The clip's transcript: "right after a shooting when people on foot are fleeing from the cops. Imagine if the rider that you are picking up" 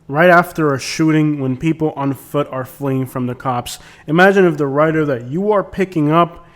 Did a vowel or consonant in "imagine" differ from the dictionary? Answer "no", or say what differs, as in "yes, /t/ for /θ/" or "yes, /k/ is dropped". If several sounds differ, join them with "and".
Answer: no